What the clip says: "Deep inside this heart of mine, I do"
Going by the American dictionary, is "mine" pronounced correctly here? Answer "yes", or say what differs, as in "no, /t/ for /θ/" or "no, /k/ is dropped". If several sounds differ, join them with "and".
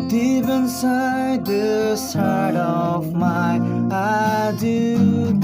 no, /n/ is dropped